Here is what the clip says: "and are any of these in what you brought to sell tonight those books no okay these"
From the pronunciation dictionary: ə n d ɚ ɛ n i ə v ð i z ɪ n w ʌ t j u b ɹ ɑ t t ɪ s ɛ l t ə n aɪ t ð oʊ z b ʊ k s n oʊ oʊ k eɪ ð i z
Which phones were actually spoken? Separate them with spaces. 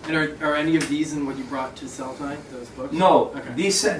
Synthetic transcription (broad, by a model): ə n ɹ ɚ ɛ n i ə v ð i z ɪ n w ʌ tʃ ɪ b ɹ ɑ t t ɪ s ɛ l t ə ɪ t ð oʊ z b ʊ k n oʊ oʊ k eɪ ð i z